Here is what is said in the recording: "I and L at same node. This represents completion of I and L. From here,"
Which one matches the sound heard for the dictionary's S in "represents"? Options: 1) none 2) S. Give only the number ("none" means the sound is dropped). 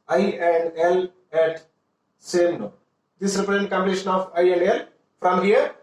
1